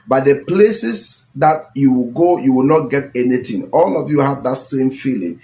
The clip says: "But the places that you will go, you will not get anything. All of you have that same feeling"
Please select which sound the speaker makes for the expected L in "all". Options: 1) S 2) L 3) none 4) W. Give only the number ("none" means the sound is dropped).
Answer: 2